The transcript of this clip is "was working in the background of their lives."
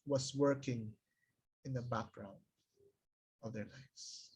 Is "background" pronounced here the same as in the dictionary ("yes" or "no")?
yes